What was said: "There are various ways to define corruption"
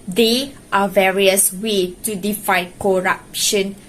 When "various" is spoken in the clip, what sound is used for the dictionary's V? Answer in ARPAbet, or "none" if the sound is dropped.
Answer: V